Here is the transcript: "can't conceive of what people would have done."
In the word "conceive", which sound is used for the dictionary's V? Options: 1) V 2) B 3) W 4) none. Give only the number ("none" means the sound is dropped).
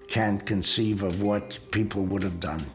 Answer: 1